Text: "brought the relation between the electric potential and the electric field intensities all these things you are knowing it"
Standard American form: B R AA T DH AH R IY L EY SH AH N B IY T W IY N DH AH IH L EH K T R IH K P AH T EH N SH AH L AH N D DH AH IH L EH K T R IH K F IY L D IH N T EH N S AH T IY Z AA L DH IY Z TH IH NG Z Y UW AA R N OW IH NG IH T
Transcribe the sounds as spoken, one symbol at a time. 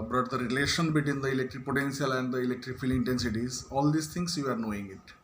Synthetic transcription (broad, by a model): B R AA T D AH R IY L EY SH AH N B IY T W IY N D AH IH L EH K T R IH K P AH T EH N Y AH L AH N D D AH IH L EH K T R IH K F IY L IH N T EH N S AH T IY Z AA L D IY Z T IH NG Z Y UW AA R N OW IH NG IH T